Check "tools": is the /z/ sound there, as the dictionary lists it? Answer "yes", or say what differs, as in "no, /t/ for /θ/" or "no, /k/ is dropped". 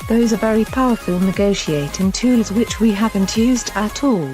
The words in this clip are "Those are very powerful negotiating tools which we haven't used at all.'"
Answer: yes